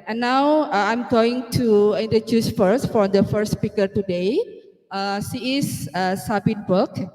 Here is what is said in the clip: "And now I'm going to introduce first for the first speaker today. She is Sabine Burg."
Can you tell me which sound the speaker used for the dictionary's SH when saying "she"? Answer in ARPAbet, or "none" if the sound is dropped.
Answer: S